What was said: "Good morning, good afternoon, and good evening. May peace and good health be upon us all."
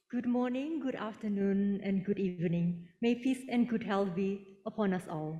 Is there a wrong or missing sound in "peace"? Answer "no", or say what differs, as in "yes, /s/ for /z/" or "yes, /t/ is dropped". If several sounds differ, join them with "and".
yes, /f/ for /p/